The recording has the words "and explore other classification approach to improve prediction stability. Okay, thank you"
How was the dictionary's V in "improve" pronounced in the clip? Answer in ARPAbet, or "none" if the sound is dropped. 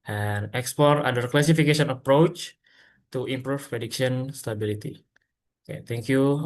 F